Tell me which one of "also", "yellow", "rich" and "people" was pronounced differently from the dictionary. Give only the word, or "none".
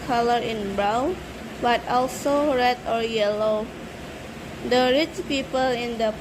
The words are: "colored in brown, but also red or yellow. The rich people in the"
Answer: none